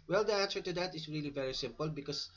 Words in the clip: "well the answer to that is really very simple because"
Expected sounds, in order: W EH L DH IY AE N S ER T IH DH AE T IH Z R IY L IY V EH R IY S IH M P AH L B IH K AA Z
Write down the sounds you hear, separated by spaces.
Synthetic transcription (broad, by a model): W EH L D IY AE N S ER T IH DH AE T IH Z R IY L IY V EH R IY S IH M P AH L B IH K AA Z